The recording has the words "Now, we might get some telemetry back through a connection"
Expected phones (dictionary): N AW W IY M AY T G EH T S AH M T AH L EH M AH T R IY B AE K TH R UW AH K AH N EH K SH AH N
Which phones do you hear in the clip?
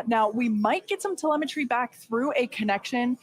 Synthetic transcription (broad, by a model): N AW W IY M AY T G EH T S AH M T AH L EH M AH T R IY B AE K TH R UW AH K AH N EH K SH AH N